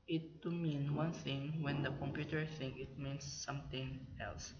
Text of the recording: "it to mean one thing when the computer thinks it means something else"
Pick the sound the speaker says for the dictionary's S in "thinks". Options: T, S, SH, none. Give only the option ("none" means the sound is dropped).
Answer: none